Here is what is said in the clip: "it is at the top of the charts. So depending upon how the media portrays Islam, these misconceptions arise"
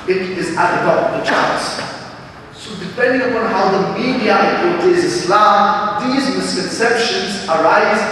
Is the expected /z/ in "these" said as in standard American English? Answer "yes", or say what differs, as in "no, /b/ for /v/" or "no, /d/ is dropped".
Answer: yes